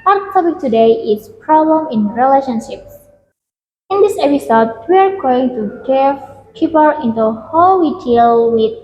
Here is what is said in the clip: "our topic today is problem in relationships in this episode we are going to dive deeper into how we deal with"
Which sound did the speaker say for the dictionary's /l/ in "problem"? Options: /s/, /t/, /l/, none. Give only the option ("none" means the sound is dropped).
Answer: /l/